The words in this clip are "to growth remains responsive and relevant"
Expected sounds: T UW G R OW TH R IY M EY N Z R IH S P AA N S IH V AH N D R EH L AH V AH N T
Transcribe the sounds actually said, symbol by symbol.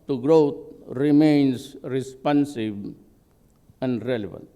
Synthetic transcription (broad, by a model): T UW G R OW T R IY M EY N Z R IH S P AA N S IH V AH N D R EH L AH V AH N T